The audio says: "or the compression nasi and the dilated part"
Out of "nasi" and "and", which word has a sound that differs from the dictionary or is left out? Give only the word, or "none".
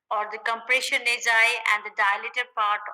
nasi